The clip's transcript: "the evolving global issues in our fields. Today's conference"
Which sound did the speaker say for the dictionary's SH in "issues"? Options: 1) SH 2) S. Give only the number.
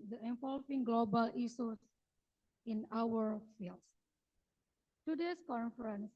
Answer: 2